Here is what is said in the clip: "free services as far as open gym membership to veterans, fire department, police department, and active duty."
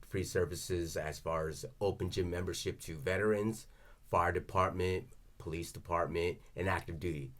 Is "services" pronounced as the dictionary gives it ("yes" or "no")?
yes